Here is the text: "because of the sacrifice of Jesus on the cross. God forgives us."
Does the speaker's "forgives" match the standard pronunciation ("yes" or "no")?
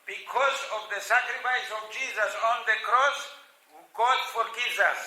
no